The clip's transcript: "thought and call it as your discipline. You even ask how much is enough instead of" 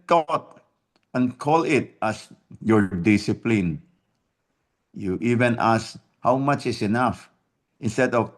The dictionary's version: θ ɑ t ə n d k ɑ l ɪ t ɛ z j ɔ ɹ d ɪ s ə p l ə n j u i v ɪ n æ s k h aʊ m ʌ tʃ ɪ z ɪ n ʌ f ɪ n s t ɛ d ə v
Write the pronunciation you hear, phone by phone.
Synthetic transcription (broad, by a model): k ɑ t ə n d k ɑ l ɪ t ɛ s j ɔ ɹ d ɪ s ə p l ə n j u i v ɪ n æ s h aʊ m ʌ tʃ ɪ s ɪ n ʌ f ɪ n s t ɛ d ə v